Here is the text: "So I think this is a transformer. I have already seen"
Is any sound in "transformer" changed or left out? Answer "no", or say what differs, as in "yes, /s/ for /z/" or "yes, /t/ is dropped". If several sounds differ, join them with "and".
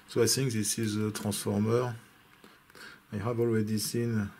yes, /n/ is dropped